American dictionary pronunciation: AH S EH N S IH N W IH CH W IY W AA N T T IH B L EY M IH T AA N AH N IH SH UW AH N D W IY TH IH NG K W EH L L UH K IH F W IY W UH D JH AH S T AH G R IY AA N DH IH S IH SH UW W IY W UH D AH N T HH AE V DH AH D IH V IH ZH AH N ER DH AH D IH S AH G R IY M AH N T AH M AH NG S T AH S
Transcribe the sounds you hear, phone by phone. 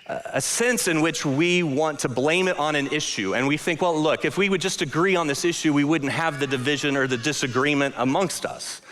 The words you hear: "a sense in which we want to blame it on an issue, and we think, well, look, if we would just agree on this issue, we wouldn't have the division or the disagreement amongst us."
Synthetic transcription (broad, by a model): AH S EH N S IH N W IH CH W IY W AA N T T IH B L EY M IH T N AH N IH SH UW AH N W IY TH IH NG K W EH L L UH K IH F W IY W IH D JH AH S T AH G R IY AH N DH IH S IH SH UW W IY W UH D N T HH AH V DH AH D IH V IH ZH AH N ER DH AH D IH S AH G R IY M AH N T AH M AH NG S T AH S